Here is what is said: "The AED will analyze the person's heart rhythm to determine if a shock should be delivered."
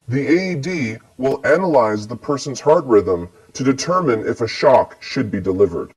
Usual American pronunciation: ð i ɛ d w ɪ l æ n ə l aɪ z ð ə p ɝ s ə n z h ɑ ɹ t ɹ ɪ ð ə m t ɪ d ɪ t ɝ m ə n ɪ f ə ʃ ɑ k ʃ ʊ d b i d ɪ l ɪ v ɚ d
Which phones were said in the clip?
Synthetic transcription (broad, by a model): ð i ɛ d w ɪ l æ n ə l aɪ z ð ə p ɝ s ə n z h ɑ ɹ t ɹ ɪ ð ə m t ɪ d ɪ t ɝ m ə n ɪ f ə ʃ ɑ k ʃ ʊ d b i d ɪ l ɪ v ɚ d